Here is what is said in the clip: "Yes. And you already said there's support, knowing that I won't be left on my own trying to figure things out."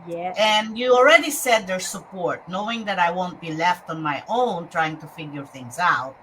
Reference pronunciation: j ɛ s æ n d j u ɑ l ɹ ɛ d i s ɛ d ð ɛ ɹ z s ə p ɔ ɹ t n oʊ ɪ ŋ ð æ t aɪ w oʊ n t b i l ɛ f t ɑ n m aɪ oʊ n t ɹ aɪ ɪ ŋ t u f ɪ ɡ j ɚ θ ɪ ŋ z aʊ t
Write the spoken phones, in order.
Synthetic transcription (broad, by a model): j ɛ n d j u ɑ l ɹ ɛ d i s ɛ d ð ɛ ɹ s ə p ɔ ɹ t n oʊ ɪ ŋ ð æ t aɪ w oʊ n t b i l ɛ f t ɑ n m aɪ oʊ n t ɹ aɪ ɪ ŋ t u f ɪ ɡ j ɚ θ ɪ ŋ z aʊ t